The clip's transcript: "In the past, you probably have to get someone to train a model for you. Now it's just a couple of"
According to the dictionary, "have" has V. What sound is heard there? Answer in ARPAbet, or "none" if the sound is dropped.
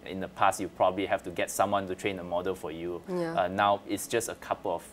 F